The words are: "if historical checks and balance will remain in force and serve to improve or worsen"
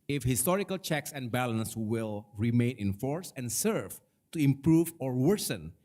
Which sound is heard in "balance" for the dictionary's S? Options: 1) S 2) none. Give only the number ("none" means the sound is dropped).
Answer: 1